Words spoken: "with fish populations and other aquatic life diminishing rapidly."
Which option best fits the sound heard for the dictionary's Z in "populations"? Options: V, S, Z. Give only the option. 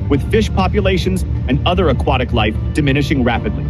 Z